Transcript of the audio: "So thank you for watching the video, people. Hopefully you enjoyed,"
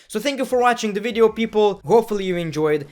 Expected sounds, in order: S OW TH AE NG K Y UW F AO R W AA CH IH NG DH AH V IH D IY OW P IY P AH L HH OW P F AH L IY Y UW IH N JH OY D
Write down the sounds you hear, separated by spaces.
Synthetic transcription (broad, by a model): S OW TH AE NG K Y UW F AO R W AA CH IH NG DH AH V IH D IY OW P IY P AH L HH OW P F AH L IY Y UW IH N JH OY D